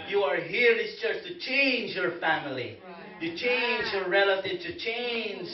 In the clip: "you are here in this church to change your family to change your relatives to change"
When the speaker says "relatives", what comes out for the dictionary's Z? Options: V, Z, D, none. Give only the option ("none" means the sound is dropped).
none